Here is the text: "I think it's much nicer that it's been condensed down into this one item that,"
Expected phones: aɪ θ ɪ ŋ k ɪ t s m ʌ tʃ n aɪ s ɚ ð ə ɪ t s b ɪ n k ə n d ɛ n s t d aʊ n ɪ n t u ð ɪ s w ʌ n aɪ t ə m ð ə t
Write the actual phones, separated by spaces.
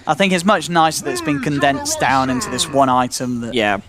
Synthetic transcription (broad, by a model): aɪ θ ɪ ŋ k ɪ t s m ʌ tʃ n aɪ s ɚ ð ə ɪ t s b ɪ n k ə n d ɛ n s d aʊ n ɪ n t u ð ɪ s w ʌ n aɪ t ə m ð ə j